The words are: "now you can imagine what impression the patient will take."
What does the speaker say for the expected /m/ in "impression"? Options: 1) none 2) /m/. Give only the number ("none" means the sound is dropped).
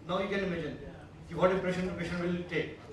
1